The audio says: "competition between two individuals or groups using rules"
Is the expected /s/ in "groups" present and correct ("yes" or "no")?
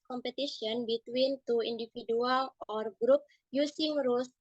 no